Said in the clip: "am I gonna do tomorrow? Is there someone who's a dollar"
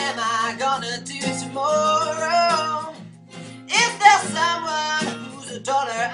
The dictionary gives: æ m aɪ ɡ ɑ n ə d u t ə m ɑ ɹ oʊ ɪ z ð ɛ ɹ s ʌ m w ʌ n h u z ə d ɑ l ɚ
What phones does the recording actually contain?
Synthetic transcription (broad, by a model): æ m aɪ ɡ ɑ n ə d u t ə m ɑ ɹ oʊ ɪ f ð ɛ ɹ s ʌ w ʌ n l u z ə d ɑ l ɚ